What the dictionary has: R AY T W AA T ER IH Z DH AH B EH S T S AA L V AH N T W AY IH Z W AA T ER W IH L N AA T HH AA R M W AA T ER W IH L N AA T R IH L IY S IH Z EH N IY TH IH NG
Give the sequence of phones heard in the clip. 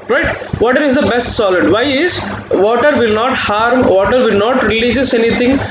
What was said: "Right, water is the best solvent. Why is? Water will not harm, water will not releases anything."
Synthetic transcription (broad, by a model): R AY T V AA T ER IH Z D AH B EH S T S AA L AH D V AY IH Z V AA T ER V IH L N AA T HH AA R M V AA T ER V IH L N AA T R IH L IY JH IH S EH N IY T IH NG